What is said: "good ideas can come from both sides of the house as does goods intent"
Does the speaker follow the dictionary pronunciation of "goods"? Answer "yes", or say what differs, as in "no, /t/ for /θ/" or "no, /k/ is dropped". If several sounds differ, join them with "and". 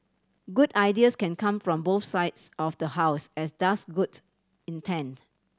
no, /z/ is dropped